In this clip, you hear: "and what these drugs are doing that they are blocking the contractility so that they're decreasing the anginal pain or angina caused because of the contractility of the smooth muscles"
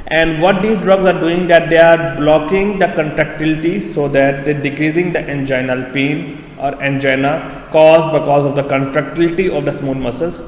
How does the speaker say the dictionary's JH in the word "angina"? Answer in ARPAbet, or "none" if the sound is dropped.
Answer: JH